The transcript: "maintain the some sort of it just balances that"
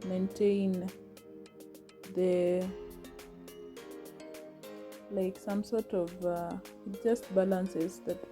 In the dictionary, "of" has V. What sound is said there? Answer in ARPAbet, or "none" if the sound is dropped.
V